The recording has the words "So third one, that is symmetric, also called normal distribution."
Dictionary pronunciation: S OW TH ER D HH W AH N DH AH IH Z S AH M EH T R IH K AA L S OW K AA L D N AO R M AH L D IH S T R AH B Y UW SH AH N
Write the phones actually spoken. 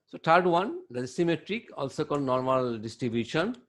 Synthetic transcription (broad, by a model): S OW T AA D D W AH N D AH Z S AH M EH T R IH K AA L S OW K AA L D N AO R M AH L D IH S T R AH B Y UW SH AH N